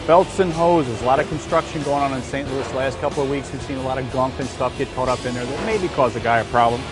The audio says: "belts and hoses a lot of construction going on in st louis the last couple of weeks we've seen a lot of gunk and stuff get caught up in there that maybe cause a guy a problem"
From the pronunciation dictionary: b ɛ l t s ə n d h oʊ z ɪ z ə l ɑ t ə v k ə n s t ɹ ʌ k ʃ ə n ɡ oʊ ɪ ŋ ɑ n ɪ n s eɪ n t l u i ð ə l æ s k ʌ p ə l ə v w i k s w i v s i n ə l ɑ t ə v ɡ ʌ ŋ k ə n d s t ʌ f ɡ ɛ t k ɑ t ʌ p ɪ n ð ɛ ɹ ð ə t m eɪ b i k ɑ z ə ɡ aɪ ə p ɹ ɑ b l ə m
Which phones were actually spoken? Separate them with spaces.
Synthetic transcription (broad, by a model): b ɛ l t s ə n h oʊ z ɪ z ə l ɑ t ə v k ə n s t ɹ ʌ k ʃ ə n ɡ oʊ ɪ ŋ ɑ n ɪ n s eɪ n t l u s l æ s k ʌ p l ə v w i k s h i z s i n ə l ɑ t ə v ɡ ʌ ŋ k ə n s t ʌ f ɡ ɛ t k ɑ t ʌ p ɪ n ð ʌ ɹ ð ə t m eɪ b i k ɑ z ə ɡ aɪ ə p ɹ ɑ b l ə m